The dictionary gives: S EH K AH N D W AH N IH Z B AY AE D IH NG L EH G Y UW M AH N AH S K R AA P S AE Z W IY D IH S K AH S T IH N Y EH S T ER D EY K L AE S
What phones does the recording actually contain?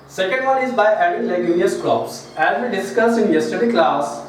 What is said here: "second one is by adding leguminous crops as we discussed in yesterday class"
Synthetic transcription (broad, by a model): S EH K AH N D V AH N IH Z B AY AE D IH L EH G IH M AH AH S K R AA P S AE Z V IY D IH S K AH S IH N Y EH S T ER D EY K L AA S